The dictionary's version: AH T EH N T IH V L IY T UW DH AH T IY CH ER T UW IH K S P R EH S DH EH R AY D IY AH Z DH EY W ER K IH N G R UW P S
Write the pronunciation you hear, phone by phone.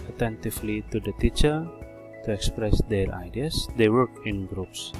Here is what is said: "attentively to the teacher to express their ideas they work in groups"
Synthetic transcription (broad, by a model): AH T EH N T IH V L IY T UW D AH T IY CH ER T UW IH K S P R EH S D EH R AY D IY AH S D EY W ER K IH N G R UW P S